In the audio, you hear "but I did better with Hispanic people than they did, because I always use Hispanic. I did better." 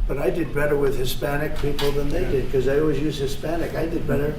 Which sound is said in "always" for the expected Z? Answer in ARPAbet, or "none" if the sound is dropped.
Z